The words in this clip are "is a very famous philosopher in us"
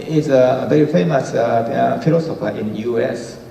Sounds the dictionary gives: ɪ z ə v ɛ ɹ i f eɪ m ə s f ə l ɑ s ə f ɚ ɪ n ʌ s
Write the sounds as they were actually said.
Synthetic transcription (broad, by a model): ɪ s ə v ɛ ɹ i f eɪ m ə s f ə l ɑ s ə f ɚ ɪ n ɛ s